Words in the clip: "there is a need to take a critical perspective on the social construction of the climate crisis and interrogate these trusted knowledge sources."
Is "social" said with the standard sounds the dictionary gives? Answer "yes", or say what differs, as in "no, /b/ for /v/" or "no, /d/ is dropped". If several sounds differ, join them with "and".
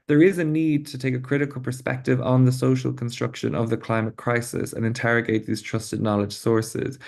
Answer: yes